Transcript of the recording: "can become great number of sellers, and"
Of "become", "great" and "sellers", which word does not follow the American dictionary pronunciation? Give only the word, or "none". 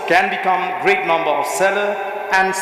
sellers